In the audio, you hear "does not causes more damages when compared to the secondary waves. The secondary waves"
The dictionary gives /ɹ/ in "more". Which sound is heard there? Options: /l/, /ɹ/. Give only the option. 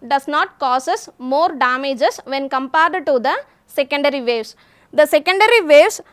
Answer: /ɹ/